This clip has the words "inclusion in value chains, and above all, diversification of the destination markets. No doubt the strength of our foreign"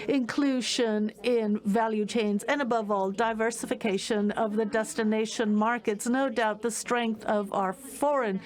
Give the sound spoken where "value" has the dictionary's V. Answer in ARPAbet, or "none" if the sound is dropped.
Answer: V